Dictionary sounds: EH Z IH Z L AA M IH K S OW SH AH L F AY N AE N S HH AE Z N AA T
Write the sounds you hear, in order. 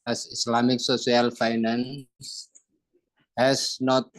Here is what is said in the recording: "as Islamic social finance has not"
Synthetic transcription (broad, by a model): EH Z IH S L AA M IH K S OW S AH L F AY N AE N S HH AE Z N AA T